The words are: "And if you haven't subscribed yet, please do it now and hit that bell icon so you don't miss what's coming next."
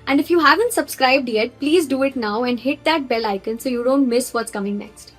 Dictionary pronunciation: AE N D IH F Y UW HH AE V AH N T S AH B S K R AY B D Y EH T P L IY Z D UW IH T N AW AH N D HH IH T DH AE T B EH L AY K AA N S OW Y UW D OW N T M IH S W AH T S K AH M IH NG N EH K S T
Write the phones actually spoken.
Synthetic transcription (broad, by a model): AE N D IH F Y UW HH AE V AH N T S AH B S K R AY B D Y EH T P L IY Z D UW IH T N AW AH N D HH IH T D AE T B EH L AY K AA N S OW Y UW D OW N T M IH S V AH T S K AH M IH NG N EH K S T